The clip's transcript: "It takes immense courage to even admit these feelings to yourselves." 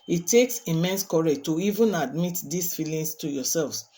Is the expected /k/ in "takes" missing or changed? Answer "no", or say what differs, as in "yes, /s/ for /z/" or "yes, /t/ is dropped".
no